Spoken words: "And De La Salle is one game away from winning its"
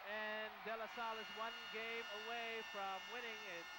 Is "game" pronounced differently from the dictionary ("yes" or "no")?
no